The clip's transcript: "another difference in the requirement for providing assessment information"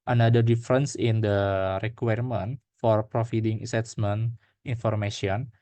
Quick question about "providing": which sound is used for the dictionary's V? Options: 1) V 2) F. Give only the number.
2